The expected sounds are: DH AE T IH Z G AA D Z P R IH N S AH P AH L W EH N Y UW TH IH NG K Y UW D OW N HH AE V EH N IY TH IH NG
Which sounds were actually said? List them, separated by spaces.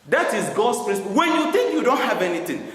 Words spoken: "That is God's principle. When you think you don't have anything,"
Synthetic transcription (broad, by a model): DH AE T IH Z G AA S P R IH S W EH N Y UW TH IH NG K Y UW D OW N HH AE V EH N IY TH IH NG